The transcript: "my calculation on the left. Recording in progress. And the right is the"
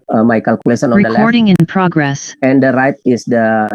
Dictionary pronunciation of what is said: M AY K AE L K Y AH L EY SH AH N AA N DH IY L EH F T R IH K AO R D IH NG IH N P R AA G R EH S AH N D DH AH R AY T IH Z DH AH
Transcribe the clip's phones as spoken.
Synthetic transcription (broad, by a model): M AY K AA L K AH L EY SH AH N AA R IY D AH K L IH AO R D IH NG IH N P R AA G R EH S AH N D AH R AY T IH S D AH